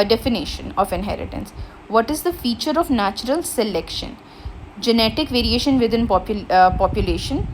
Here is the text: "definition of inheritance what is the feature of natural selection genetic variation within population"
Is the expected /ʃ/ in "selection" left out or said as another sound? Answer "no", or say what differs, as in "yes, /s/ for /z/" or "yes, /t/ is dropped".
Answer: no